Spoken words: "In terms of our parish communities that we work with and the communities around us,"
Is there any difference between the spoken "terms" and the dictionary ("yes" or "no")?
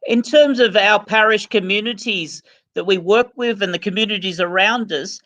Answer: no